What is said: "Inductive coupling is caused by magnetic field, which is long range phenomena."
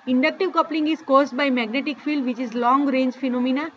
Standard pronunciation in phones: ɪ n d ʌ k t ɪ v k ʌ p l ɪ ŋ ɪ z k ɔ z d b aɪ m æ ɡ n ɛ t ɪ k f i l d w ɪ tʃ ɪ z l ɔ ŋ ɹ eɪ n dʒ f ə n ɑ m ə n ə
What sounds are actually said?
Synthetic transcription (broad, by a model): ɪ n d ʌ k t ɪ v k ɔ p l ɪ ŋ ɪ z k ɔ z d b aɪ m æ ɡ n ɛ t ɪ k f i l d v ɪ tʃ ɪ z l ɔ ŋ ɹ eɪ n dʒ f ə n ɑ m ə n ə